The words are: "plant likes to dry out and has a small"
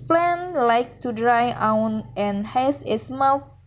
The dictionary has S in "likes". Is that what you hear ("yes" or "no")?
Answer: no